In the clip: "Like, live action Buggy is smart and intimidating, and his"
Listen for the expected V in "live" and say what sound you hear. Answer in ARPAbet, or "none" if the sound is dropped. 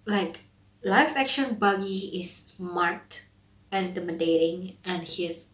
F